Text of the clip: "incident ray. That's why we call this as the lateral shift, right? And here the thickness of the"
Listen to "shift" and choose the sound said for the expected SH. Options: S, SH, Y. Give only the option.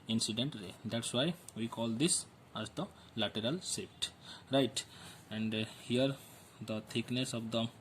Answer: S